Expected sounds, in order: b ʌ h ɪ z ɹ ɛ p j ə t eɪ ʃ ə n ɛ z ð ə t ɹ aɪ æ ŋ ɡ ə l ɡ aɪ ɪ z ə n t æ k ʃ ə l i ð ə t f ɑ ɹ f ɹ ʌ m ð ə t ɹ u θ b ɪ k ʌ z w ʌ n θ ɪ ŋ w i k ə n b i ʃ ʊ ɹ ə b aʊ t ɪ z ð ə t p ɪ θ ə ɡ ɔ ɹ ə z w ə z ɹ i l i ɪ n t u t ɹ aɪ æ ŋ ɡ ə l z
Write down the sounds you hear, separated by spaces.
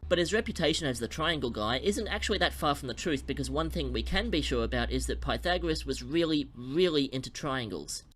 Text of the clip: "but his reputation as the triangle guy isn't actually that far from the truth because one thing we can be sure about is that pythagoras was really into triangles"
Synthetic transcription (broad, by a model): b ʌ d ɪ z ɹ ɛ p j ə t eɪ ʃ ə n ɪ z ð ə t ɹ aɪ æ ŋ ɡ l ɡ aɪ ɪ z ə n t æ k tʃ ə l i ð ə t f ɑ ɹ f ɹ ʌ m ð ə t ɹ u θ b ɪ k ʌ z w ʌ n θ ɪ ŋ w i k ə n b i ʃ ʊ ɹ ə b aʊ t ɪ z ð ə t p ɪ θ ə ɡ ɹ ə s w ə z ɹ i l i ɪ n t u t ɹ aɪ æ ŋ ɡ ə l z